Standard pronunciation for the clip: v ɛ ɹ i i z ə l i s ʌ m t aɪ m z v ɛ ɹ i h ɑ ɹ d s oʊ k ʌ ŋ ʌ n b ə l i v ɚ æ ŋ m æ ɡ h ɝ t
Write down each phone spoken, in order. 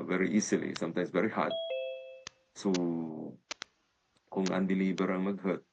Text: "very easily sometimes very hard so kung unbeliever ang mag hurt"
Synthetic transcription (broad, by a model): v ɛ ɹ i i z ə l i s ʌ m t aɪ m s v ɛ ɹ i h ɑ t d s oʊ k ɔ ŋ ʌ n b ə l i b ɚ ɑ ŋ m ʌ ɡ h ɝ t